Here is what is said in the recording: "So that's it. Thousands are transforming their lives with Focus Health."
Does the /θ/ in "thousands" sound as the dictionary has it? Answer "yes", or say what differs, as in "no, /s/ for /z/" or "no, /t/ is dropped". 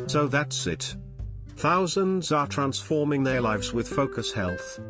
yes